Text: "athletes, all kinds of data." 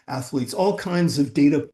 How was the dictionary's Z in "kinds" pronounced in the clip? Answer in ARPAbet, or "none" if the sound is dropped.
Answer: Z